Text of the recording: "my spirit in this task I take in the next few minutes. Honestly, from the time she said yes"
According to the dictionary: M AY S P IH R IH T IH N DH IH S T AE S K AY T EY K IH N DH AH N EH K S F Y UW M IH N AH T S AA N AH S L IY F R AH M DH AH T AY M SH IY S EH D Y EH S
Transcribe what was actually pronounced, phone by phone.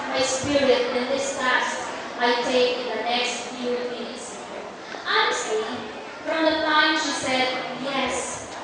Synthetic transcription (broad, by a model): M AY S P IH R IH T IH N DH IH S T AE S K AY T EY K IH N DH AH N EH K S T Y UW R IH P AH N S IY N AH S IY F R AH M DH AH T AY M SH IY S EH D Y EH S